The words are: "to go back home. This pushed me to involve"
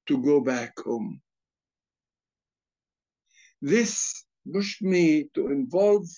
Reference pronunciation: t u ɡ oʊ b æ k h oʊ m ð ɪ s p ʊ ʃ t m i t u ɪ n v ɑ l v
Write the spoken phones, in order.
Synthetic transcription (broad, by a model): t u ɡ oʊ b æ k h oʊ m ð ɪ s b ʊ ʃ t m i t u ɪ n v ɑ l v